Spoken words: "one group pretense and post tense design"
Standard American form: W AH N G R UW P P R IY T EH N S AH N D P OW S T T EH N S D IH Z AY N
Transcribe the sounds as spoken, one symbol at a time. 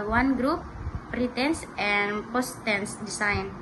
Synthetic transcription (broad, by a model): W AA N G R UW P P R IY T EH N S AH N P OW S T T EH N S D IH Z AY N